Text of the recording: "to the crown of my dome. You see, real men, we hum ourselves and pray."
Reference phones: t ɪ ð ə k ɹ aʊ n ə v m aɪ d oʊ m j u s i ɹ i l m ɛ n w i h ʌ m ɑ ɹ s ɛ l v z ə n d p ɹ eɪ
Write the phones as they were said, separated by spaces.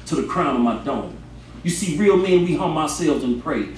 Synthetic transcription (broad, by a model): t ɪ ð ə k ɹ aʊ n ə v m aɪ d oʊ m j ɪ s i ɹ i l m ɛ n w i h ʌ m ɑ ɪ s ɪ l z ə n p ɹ eɪ